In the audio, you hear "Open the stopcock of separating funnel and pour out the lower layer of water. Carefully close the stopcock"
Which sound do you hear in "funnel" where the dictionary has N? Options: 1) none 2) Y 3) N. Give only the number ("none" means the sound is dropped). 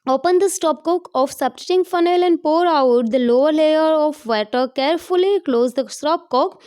3